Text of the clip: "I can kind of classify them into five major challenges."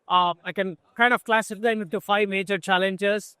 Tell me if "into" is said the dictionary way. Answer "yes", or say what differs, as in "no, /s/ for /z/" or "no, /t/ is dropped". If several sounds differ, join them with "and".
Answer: no, /n/ is dropped